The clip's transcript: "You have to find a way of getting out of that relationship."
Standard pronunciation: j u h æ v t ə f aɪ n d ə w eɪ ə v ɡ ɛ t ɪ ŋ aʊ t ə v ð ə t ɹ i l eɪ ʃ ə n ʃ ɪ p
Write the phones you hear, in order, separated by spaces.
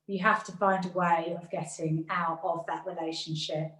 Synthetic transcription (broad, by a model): j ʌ h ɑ f t ə f aɪ n d ə w eɪ ə v ɡ ɛ t ɪ ŋ aʊ t ə v ð ə t ɹ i l eɪ ʃ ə n ʃ ɪ p